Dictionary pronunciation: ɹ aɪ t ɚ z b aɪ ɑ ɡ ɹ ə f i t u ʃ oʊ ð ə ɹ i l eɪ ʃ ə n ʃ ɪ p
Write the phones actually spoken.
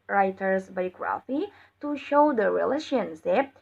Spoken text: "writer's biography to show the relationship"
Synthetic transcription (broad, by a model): ɹ aɪ t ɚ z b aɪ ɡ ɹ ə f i t u ʃ oʊ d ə ɹ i l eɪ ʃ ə n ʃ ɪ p